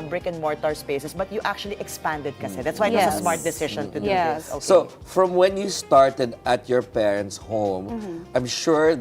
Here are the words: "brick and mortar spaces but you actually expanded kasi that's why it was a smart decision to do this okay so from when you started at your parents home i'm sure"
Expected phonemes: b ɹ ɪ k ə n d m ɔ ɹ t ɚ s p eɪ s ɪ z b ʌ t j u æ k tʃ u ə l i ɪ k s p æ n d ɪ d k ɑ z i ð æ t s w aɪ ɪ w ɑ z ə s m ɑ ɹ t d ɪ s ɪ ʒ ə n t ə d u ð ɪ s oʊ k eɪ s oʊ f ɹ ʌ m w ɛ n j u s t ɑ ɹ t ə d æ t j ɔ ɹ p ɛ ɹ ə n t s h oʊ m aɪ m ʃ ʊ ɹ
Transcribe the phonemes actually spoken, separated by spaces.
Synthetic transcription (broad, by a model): b ɹ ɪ k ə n m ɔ ɹ t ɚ s p eɪ s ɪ s b ʌ t j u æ k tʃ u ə l i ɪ k s p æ n d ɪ d k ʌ s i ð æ t s w aɪ ɪ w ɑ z ə s m ɑ ɹ t d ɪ s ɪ ʃ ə n t ə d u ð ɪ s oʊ s oʊ f ɹ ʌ m w ɛ n j u s t ɑ ɹ t ə d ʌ t j ɔ ɹ p ɛ ɹ ə n t s h oʊ m aɪ m ʃ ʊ ɹ